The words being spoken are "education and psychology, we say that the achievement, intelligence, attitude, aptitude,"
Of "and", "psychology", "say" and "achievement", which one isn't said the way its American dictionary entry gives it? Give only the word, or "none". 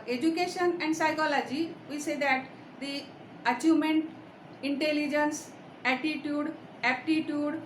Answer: achievement